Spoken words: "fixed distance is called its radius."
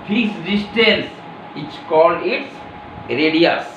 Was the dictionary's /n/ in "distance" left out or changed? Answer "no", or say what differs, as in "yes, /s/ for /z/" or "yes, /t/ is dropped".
yes, /l/ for /n/